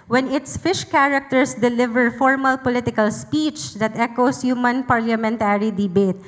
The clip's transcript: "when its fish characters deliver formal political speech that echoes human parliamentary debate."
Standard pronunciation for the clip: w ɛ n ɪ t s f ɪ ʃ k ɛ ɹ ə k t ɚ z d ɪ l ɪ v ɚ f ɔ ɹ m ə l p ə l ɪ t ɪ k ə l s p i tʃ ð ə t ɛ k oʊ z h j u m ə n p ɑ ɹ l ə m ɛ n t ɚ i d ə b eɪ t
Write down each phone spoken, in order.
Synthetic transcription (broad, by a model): w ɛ n ɪ t s f ɪ ʃ k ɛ ɹ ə k t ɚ s d ɪ l ɪ v ɚ f ɔ ɹ m ə l p ə l ɪ t ɪ k ə l s p i tʃ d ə t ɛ k oʊ s h j u m ə n p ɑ ɹ l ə m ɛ n t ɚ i d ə b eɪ t